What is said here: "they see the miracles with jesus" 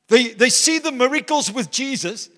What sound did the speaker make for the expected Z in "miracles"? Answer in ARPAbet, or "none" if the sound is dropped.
Z